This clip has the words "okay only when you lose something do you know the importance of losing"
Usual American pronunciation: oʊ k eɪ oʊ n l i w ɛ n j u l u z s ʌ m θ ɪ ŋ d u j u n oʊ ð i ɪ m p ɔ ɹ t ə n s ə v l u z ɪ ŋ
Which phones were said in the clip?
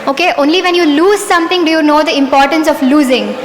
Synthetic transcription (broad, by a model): oʊ k eɪ oʊ n l i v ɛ n j u l u z s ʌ m t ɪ ŋ d u j u n oʊ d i ɪ m p ɔ ɹ t ə n s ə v l u z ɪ ŋ